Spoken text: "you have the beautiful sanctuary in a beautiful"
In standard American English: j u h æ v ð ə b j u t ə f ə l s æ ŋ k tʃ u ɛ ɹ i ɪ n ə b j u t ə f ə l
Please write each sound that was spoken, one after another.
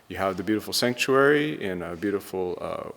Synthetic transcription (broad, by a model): j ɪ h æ v ð ə b j u t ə f l s æ ŋ k tʃ u ɛ ɹ i ɪ n ə b j u t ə f l